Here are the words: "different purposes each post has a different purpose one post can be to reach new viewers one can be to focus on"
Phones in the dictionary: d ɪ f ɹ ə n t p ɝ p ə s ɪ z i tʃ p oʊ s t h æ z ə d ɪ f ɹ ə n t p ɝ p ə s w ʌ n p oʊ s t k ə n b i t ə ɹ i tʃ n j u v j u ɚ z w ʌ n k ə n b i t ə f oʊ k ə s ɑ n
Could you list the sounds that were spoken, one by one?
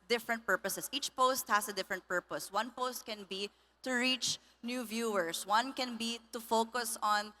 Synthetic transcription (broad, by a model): d ɪ f ɹ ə n t p ɝ p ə s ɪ s i tʃ p oʊ s t h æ s ə d ɪ f ɹ ə n t p ɝ p ə s w ʌ n p oʊ s t k ə n b i t ə ɹ i tʃ n j u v j u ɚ s w ʌ n k ə n b i t ə f oʊ k ə s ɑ n